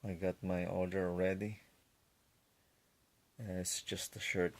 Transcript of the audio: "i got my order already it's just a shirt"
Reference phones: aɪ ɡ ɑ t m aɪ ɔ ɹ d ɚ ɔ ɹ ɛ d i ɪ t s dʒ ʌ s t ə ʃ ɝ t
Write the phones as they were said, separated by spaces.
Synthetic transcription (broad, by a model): aɪ ɡ ɑ t m aɪ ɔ l d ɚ ɔ ɹ ɛ d i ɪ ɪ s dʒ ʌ s t ə ʃ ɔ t